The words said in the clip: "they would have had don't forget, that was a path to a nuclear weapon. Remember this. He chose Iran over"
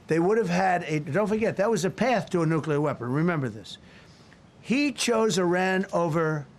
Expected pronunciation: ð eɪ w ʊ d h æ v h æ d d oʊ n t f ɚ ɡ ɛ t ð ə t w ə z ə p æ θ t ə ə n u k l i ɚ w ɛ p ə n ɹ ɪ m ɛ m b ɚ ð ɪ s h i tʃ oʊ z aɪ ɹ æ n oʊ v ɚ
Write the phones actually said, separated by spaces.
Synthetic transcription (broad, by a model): ð eɪ w ʊ d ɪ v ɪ d d oʊ n t f ɚ ɡ ɛ t ð ə t w ə z ə p æ θ t ə ə n u k l i ɚ w ɛ p ə n ɹ ɪ m ɛ m b ɚ ð ɪ s h i tʃ oʊ z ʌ ɹ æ n oʊ v ɚ